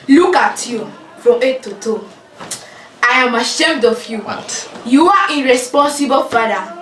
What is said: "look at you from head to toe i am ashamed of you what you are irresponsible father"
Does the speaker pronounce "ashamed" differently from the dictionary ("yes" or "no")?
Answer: no